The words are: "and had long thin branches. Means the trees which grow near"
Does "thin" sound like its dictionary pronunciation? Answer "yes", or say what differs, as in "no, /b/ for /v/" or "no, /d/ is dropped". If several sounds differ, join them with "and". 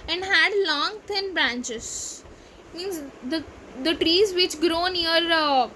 no, /t/ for /θ/